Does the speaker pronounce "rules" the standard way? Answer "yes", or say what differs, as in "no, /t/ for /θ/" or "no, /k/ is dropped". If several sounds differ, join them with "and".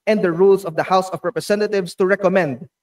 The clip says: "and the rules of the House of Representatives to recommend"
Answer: no, /s/ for /z/